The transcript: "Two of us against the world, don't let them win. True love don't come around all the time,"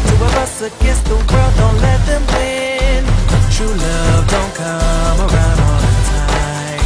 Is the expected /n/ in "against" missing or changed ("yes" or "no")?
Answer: yes